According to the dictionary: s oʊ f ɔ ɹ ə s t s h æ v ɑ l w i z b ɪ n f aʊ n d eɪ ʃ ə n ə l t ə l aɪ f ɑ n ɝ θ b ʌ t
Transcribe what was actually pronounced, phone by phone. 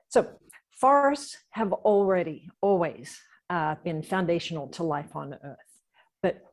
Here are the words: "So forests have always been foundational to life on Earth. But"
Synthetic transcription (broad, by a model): s oʊ f ɔ ɹ ə s t s h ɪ v ɑ l w i z b ɪ n f aʊ n d eɪ ʃ n l t ə l aɪ f n ɝ θ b ʌ t